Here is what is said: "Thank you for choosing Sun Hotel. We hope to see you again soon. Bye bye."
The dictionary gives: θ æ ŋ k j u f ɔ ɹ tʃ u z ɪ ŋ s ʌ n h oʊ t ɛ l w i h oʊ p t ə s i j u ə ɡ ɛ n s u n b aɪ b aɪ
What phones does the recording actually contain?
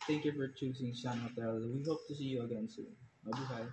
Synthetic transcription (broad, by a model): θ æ ŋ k j u f ɔ ɹ tʃ u s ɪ ŋ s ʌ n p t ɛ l w i h oʊ p t ə s i j u ə ɡ ɛ n s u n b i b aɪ